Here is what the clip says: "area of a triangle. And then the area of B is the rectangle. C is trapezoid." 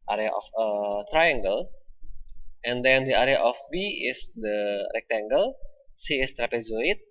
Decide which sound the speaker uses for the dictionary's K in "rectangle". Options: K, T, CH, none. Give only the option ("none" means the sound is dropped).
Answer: K